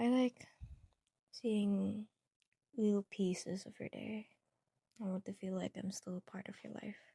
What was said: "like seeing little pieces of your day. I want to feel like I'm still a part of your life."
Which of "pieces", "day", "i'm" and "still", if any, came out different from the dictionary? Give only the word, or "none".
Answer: none